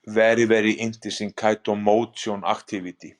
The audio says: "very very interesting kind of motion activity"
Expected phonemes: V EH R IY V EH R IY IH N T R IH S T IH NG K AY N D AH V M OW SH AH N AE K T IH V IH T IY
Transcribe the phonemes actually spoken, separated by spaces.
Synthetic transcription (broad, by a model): V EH R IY V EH R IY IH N T IH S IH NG K AY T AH M OW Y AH N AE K T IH V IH T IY